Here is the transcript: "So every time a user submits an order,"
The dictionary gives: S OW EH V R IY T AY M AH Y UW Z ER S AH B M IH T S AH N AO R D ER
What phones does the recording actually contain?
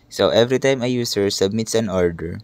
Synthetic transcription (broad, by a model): S OW EH V R IY T AY M AH Y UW S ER S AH B M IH T S AH N AO R D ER